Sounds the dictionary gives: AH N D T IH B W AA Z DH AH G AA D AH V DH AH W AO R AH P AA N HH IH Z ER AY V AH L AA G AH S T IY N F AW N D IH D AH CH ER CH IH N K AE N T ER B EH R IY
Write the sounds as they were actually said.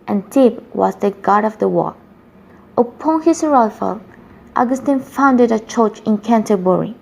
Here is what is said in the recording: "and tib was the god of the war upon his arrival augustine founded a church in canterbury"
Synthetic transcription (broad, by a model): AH N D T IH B W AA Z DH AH G AA D AH V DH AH W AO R AH P AA N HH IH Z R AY F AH L AA G AH S T IY N F AW N D IH D AH CH ER CH IH N K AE N T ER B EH R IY